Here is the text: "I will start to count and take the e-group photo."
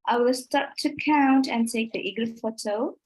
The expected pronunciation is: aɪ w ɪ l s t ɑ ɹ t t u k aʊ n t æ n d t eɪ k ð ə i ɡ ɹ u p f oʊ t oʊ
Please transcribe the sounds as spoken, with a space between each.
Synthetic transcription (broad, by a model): aɪ w ɪ l s t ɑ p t t u k aʊ n t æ n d t eɪ k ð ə i ɡ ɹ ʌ f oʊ t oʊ